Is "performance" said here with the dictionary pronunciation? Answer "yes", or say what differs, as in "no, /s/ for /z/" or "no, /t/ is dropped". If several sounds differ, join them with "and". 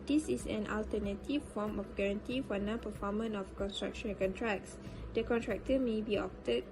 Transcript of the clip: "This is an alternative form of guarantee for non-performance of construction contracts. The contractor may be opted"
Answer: no, /s/ is dropped